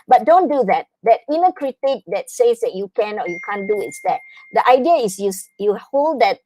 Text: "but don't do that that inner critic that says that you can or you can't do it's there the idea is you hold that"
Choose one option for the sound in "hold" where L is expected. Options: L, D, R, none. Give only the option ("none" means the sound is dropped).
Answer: L